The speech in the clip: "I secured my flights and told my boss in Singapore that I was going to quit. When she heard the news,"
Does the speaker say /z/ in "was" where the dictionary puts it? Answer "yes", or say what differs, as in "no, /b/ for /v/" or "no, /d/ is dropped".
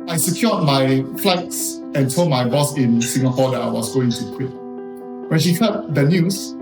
no, /s/ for /z/